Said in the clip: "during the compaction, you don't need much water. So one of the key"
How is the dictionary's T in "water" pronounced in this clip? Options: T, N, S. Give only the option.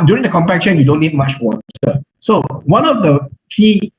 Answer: S